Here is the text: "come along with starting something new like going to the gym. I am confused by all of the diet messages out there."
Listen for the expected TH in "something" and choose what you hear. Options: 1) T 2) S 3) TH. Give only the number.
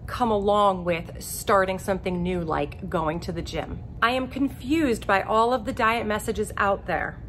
3